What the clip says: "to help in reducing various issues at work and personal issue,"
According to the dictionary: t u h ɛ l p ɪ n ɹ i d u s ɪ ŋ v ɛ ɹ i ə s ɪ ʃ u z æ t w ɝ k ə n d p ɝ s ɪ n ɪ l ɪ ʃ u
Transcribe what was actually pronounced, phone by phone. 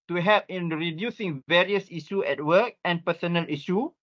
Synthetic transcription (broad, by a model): t u h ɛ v ɪ n ɹ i d u s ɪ ŋ v ɛ ɹ i ə s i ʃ u ɛ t w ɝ k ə n p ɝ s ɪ n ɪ l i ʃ u